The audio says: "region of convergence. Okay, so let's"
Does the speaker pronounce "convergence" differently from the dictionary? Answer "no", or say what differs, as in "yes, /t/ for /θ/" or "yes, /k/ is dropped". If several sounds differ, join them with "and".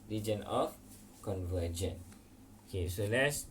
yes, /s/ is dropped